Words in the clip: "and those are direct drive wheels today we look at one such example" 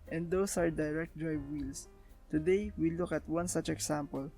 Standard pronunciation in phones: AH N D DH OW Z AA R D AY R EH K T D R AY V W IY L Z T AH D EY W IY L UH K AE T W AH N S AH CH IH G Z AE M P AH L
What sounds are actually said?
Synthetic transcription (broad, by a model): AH N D OW S AA R D AY R EH K T D R AY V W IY L S T AH D EY W IY L UH K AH T W AH N S AH CH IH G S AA M P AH L